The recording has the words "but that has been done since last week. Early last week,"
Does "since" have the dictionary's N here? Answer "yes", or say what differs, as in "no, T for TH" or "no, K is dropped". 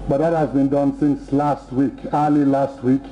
yes